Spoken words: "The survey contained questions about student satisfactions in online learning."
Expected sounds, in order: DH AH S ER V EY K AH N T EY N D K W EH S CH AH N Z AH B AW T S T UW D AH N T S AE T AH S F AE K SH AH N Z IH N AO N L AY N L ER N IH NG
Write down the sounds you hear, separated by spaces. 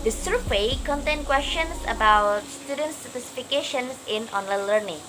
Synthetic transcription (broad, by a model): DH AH S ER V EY K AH N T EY N K W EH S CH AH N S AH B AW T S T UW D AH N T S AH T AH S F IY K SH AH N S IH N AO N L AY N L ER N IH NG